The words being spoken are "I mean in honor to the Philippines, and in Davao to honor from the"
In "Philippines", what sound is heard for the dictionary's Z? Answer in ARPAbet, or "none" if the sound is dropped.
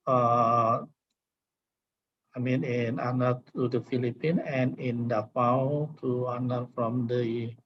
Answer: none